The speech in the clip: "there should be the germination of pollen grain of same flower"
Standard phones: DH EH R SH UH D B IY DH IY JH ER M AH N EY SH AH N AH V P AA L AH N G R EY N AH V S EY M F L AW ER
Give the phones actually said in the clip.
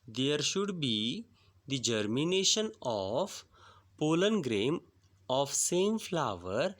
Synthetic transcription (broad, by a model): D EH R SH UH D B IY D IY JH ER M AH N EY SH AH N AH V P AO L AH N G R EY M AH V S EY M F L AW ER